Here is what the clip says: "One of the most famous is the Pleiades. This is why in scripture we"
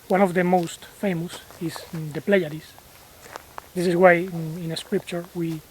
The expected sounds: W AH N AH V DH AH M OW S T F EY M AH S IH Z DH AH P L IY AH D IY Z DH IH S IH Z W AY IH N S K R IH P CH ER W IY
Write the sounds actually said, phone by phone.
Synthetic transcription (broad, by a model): W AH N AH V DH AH M OW S T F EY M AH S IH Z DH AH P L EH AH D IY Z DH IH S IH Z W AY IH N S K R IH P CH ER W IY